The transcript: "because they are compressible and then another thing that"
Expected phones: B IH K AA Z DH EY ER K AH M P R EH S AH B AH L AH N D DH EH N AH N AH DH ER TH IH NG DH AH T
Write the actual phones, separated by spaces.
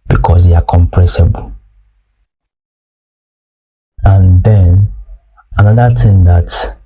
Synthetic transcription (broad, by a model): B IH K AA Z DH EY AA K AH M P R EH S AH B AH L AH N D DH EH N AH N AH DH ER T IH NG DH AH T